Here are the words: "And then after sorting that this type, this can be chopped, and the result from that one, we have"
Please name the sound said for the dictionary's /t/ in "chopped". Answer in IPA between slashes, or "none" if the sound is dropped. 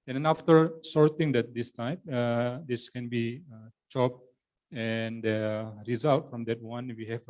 none